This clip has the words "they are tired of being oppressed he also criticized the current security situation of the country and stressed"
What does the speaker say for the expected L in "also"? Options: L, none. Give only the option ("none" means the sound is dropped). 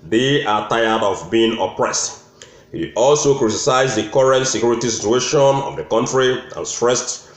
L